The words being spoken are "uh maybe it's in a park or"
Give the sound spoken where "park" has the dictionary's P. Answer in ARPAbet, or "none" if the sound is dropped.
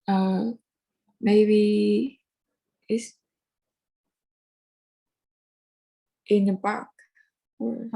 B